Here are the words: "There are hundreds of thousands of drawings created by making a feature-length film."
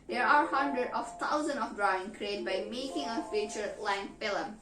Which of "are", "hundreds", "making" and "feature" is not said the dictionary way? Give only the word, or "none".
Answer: hundreds